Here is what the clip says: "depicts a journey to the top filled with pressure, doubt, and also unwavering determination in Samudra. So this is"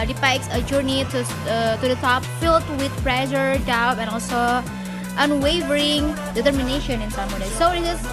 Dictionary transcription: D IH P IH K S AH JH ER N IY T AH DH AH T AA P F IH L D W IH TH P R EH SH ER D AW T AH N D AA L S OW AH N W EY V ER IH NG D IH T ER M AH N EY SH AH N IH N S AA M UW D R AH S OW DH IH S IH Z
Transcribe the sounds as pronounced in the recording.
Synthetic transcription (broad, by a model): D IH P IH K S AH JH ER N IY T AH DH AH T AA P F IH L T W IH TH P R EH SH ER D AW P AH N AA L S OW AH N W EY V ER IH NG D IH T ER M AH N EY SH AH N IH N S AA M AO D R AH S OW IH IH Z